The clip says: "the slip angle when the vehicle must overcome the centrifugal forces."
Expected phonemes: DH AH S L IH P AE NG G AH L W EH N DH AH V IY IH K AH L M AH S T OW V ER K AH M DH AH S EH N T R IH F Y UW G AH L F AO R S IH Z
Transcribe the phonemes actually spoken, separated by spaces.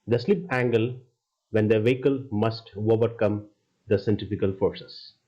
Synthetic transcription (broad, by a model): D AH S L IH P AE NG G AH L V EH N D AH V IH K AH L M AH S T OW V ER K AH M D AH S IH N T IH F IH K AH L F AO R S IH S